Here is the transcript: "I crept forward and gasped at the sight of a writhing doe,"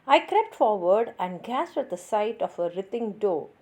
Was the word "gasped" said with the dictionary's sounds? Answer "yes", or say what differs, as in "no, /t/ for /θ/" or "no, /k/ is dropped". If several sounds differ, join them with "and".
no, /p/ is dropped